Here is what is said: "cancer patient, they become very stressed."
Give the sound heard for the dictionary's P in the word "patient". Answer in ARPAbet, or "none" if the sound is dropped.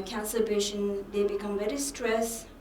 B